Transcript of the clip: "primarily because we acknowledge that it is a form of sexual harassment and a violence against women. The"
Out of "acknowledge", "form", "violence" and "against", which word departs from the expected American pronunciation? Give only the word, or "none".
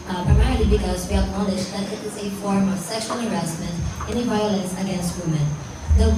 acknowledge